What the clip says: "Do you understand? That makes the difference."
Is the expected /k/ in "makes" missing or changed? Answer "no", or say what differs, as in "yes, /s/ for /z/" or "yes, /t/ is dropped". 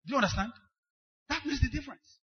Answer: yes, /k/ is dropped